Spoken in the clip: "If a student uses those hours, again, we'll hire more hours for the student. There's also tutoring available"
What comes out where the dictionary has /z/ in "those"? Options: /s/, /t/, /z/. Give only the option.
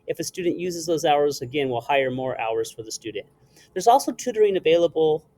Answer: /z/